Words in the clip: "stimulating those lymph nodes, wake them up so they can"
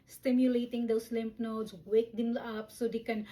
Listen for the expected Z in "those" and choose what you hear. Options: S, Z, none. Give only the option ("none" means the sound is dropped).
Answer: S